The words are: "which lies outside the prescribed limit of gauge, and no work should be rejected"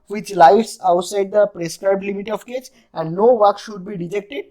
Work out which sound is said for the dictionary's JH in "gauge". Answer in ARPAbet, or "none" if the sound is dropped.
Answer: CH